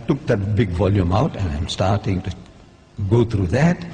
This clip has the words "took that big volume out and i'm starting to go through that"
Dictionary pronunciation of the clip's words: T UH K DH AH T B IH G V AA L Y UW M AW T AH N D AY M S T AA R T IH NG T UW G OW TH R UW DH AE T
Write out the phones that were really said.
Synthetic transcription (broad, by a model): T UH K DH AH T B IH G V AA L Y UW M AW T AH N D AY M S T AA R T IH NG T UW G OW T R UW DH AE T